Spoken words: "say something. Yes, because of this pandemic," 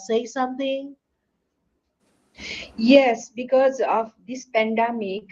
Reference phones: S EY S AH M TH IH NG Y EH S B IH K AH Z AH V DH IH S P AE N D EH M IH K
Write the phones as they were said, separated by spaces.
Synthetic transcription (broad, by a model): S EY S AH M T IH NG Y EH S B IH K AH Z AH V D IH S P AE N D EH M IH K